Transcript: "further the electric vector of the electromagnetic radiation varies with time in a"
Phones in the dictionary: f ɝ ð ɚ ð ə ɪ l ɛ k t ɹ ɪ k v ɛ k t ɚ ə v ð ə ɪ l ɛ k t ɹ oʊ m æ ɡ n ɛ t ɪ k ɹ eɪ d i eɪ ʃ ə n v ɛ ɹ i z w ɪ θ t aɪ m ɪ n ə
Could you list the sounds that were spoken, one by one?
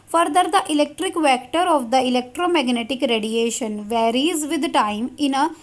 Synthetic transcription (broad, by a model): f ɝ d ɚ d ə ɪ l ɛ k t ɹ ɪ k v ɛ k t ɚ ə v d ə ɪ l ɛ k t ɹ oʊ m æ ɡ n ɛ t ɪ k ɹ eɪ d i eɪ ʃ ə n v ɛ ɹ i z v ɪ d t aɪ m ɪ n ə